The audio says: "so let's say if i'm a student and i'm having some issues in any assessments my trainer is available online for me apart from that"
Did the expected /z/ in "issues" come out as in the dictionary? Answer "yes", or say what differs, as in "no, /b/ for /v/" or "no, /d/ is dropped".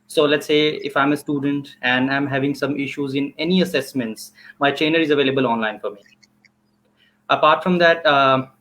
yes